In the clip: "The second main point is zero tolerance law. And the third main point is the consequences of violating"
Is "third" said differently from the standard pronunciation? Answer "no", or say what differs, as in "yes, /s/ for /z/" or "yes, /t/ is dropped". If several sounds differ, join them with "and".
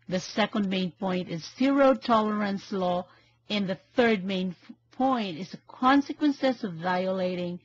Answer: no